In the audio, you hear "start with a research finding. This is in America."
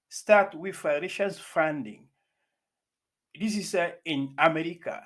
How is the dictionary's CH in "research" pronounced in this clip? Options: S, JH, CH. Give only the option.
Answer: S